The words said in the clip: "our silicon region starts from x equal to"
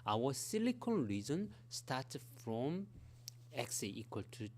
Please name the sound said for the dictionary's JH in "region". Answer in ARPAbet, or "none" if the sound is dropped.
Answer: Z